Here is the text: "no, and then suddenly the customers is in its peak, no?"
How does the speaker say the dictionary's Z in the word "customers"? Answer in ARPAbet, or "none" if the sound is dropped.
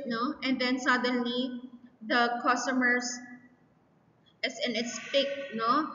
S